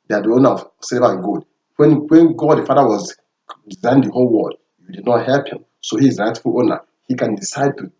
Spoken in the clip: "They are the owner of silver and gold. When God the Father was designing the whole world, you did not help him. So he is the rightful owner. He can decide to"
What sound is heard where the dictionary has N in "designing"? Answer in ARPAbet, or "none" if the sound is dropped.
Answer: none